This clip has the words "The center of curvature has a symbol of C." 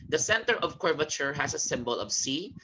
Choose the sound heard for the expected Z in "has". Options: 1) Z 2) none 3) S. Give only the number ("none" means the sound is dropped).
3